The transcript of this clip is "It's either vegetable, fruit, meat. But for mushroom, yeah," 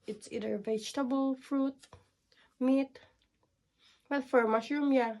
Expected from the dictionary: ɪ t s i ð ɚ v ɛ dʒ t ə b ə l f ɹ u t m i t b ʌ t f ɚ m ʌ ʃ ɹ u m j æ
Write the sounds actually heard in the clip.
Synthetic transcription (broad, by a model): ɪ t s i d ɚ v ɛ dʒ t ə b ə l f ɹ u t m i t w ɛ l f ɚ m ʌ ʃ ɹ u m j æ